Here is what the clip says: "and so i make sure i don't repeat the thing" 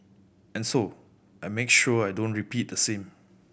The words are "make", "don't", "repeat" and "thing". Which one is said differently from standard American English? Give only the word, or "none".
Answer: thing